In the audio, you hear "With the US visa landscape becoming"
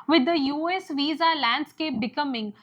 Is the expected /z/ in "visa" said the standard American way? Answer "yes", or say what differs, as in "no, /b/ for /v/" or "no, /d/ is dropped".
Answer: yes